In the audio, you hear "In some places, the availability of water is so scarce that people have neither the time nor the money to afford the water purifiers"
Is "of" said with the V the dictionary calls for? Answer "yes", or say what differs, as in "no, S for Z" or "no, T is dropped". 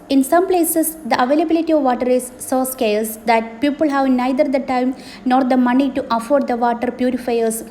yes